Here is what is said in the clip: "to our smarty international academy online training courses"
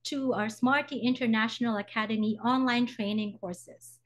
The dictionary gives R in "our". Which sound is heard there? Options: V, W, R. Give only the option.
R